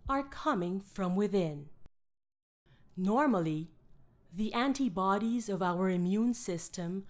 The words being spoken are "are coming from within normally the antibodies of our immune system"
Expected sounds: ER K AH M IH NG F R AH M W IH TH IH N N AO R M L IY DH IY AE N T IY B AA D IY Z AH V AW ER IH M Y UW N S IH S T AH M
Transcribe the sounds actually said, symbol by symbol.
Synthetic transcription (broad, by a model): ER K AH M IH NG F R AH M W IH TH IH N N AO R M L IY DH IY AE N T IY B AA D IY Z AH V AW ER IH M Y UW N S IH S T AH M